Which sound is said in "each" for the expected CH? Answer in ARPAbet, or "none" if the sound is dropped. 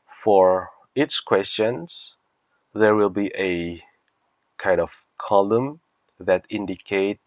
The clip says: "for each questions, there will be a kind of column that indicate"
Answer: S